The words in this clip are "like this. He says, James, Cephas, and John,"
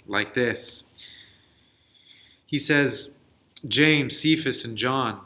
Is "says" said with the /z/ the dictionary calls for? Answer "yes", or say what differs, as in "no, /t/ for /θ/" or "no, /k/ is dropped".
yes